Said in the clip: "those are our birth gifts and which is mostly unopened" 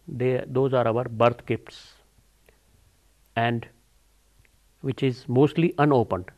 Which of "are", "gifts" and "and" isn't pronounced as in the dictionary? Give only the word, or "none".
gifts